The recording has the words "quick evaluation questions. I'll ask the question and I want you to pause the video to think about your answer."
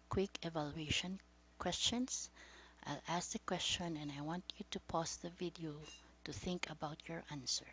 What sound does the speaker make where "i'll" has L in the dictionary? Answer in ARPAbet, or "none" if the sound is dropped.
L